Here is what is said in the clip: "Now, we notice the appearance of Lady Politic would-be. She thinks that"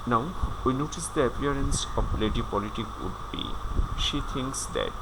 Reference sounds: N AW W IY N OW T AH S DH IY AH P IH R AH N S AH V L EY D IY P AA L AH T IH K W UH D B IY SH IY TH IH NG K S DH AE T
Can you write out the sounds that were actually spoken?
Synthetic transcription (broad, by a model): N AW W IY N OW T AH S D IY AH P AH R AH N S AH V L EY D IY P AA L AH T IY K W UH D B IY SH IY T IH NG K S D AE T